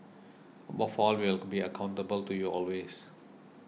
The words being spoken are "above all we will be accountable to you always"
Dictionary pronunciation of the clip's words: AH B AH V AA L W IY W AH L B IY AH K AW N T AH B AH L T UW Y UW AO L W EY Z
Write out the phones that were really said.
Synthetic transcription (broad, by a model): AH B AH F AA L W IY L B IY AH K AW N T AH B AH L T UW Y UW AO L W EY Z